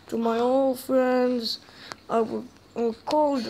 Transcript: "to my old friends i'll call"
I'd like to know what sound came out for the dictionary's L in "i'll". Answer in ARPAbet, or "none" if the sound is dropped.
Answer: W